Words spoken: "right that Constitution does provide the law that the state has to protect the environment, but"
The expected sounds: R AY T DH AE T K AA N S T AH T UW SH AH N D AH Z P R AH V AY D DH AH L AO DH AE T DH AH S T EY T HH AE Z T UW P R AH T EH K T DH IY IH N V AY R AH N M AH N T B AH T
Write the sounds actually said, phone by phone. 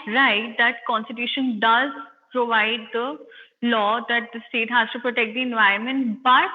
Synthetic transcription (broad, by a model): R AY T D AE T K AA N S T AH T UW SH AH N D AH Z P R AH V AY D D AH L AO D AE T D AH S T EY T HH AE Z T UW P R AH T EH K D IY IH N V AY AH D M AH N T B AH T